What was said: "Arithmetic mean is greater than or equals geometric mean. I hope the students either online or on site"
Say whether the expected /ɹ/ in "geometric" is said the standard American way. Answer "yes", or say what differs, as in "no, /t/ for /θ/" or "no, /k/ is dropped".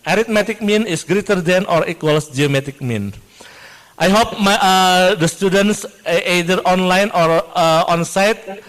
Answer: no, /ɹ/ is dropped